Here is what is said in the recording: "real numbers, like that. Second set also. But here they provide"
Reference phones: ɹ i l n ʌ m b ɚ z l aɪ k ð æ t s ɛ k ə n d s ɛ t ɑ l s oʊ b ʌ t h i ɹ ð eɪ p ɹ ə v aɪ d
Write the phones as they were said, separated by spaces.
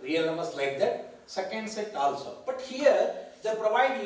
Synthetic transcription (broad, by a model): ɹ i l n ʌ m ɚ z l aɪ k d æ t s ɛ k ə n d s ɛ t ɑ l s oʊ b ʌ t h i ɹ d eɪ p ɹ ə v aɪ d